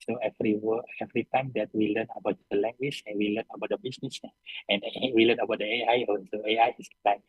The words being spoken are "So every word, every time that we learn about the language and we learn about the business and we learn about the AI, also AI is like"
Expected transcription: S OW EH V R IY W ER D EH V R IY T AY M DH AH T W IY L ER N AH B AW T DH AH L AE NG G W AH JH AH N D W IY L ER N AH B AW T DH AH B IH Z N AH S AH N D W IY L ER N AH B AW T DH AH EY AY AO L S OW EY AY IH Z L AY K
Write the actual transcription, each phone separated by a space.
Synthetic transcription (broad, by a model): S OW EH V R IY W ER EH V R IY T AY M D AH T W IY L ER N AH B AW T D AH L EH NG G W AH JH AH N W IY L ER N AH B AW T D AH B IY S N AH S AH N W IY L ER N AH B AW T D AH EY AY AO N S OW EY AY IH S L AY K